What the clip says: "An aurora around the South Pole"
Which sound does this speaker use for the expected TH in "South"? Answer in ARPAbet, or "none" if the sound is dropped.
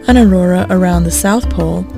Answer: TH